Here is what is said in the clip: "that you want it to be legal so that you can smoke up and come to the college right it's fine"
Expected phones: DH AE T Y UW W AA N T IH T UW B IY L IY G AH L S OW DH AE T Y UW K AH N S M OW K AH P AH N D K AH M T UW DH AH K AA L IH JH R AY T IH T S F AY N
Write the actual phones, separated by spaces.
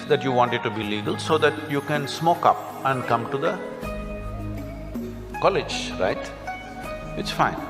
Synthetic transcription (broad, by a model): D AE T Y UW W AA N T IH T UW B IY L IY G AH L S OW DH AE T Y UW K AH N S M OW K AH P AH N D K AH M T UW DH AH K AA L IH JH R AY T IH T S F AY N